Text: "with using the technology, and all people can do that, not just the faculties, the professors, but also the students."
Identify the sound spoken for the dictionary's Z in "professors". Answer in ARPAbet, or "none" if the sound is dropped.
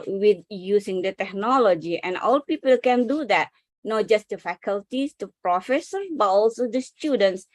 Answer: none